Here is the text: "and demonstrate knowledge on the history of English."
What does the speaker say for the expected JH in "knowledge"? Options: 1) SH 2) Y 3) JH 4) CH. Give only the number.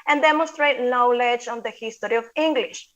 3